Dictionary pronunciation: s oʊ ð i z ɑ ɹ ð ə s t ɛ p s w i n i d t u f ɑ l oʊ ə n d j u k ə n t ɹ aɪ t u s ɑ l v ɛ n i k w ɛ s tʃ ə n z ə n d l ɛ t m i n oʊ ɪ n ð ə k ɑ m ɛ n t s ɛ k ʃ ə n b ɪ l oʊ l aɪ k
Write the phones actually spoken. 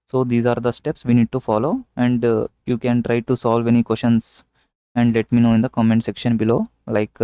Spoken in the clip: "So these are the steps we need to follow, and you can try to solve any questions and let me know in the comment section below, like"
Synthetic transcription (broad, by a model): s oʊ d i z ɑ ɹ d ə s t ɛ p s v i n i d t u f ɑ l oʊ ə n d j u k ə n t ɹ aɪ t u s ɑ l v ɛ n i k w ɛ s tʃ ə n s ə n d l ɛ t m i n oʊ ɪ n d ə k ɑ m ɛ n t s ɛ k ʃ ə n b ɪ l oʊ l aɪ k